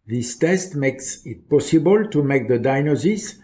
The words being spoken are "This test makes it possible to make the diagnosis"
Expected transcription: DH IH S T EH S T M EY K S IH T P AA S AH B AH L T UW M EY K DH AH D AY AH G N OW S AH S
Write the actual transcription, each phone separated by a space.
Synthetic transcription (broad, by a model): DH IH S T EH S T M EY K S IH T P AA S AH B AH L T UW M EY K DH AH D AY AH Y N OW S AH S